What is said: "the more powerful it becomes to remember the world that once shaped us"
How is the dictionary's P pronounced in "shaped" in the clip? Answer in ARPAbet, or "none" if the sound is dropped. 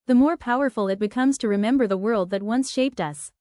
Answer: P